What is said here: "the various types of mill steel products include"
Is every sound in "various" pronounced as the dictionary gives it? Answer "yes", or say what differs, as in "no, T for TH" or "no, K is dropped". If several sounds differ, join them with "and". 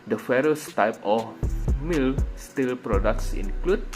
no, F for V